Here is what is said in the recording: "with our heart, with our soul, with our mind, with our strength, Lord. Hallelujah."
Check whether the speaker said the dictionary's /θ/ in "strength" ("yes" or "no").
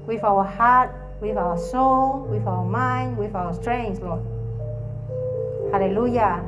no